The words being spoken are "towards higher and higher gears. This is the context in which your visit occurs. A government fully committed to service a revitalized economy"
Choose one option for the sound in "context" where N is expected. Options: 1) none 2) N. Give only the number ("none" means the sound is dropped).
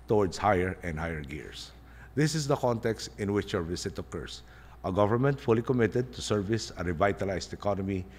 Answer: 2